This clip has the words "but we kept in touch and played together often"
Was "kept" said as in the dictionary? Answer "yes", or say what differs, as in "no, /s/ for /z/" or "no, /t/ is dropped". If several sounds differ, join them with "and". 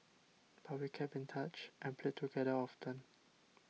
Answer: no, /t/ is dropped